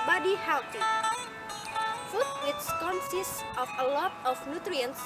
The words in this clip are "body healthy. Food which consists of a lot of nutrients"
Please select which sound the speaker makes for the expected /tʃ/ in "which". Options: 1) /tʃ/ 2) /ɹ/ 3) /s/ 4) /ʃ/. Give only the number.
3